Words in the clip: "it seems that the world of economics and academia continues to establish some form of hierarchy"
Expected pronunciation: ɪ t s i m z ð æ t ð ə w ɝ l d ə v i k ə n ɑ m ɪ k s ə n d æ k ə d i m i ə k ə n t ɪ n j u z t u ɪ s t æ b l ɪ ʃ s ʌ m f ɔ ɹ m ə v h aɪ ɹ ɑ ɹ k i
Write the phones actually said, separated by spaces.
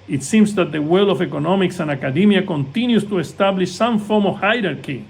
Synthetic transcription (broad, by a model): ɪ t s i m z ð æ t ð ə w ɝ l ə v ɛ k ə n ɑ m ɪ k s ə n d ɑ k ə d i m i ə k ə n t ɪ n j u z t u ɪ s t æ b l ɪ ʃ s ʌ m f ɔ ɹ m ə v h aɪ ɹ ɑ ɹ k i